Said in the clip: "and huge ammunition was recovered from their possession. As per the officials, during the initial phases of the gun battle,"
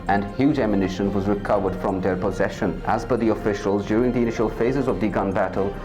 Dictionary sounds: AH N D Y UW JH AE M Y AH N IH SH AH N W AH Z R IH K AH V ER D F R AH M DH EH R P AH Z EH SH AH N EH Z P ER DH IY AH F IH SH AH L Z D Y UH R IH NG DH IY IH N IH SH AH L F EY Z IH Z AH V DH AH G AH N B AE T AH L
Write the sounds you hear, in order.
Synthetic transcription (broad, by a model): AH N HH Y UW JH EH M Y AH N IH SH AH N W AH Z R IH K AH V ER D F R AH M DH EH R P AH Z EH SH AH N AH Z B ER DH IY AH F IH SH AH L Z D Y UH R IH NG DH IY IH N IH SH AH L F EY Z IH Z AH V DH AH G AH N B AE T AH L